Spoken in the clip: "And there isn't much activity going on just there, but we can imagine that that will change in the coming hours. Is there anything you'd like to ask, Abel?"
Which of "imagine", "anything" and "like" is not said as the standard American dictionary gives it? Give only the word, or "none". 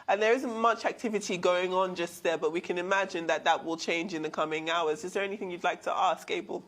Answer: none